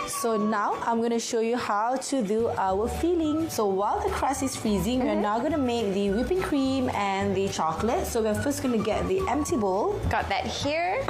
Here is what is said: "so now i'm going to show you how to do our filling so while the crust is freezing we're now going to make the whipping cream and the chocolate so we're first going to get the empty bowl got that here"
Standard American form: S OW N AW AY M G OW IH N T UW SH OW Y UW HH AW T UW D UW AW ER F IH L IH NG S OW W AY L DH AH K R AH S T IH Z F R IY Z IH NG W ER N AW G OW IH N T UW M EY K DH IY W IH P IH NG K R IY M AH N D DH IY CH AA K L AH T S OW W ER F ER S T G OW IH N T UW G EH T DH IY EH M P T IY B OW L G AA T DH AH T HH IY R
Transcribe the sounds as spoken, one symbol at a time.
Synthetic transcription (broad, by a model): S OW N AW AY M G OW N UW SH OW Y UW HH AW T UW D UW AW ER F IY L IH NG S OW W AY L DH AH K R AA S IH S F R IY Z IH NG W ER N AW G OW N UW M EY K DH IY W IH P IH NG K R IY M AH N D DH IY CH AA K L AH T S OW W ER F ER S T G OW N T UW G EH T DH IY EH M P T IY B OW L G AA T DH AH T HH IY R